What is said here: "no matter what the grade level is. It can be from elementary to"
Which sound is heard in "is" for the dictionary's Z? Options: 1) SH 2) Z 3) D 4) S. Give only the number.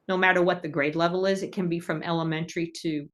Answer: 2